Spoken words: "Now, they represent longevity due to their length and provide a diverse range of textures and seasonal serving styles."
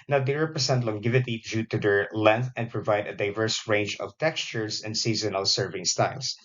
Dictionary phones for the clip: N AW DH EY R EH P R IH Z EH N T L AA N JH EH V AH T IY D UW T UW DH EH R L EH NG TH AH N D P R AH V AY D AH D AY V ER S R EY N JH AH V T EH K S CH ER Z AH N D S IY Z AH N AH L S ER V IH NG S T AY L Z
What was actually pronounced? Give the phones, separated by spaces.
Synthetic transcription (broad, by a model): N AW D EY R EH P R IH S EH N T L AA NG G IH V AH T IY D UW T UW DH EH R L EH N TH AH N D P R AH V AY D AH D AY V ER S R EY N JH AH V T EH K S CH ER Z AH N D S IY Z AH N AH L S ER V IH NG S T AY L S